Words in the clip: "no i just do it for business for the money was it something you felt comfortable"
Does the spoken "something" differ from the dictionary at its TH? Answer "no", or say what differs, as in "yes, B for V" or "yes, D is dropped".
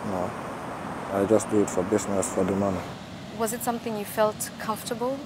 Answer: no